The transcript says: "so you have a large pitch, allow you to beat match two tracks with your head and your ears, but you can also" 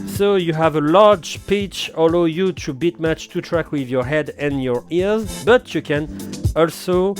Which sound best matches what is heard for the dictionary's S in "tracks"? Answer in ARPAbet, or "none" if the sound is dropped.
none